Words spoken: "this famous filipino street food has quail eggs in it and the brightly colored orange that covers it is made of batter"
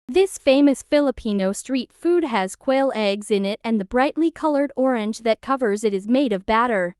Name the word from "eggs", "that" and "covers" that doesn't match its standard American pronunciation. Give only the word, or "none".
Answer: none